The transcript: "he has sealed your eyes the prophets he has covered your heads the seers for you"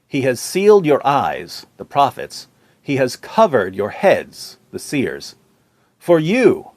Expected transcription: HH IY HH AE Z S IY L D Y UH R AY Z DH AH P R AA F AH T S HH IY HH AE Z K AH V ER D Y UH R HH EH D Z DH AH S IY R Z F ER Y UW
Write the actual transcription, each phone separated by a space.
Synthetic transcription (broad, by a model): HH IY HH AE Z S IY L D Y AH R AY Z DH AH P R AA F AH T S HH IY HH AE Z K AH V ER D Y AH R HH EH D Z DH AH S IY R Z F ER Y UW